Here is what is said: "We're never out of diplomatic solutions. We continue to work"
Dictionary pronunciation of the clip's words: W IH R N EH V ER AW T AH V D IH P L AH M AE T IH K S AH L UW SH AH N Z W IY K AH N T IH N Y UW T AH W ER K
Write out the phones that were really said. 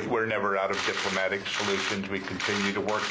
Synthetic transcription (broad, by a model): W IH R N EH V ER AW T AH V D IH P L AH M AE T IH K S AH L UW SH AH N Z W IY K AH N T IH N Y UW T AH W ER K